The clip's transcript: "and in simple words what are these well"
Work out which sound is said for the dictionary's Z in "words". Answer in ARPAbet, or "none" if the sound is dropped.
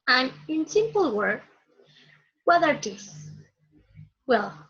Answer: none